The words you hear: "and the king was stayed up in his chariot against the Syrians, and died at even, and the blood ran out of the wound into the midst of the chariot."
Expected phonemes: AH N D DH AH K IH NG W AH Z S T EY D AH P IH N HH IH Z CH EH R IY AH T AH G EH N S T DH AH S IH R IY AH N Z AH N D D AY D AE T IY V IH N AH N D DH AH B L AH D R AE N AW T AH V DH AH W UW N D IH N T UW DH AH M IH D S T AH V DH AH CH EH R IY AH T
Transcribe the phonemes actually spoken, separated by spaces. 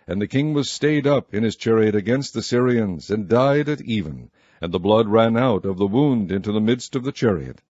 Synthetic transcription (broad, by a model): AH N DH AH K IH NG W AH Z S T EY D AH P IH N IH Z CH EH R IY AH T AH G EH N S T DH AH S IH R IY AH N Z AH N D D AY D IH T IY V IH N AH N DH AH B L AH D R AE N AW T AH V DH AH W UW N D IH N T UW DH AH M IH D S T AH V DH AH CH EH R IY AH T